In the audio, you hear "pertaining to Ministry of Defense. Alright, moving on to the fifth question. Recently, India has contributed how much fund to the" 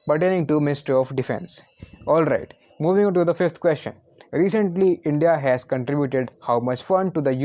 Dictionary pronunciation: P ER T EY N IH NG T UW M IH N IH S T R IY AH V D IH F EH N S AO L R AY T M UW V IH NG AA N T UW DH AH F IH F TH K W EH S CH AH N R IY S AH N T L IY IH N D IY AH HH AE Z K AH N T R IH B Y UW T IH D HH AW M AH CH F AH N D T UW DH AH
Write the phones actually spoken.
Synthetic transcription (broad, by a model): P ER T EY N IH NG T UW M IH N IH S T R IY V D IH F EH N S AO L R AY T M UW V IH NG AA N T UW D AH F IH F T K W EH S CH AH N R IY S AH N T L IY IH N D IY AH HH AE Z K AH N T R IH B Y UW T IH D HH AW M AH CH F AH N D T UW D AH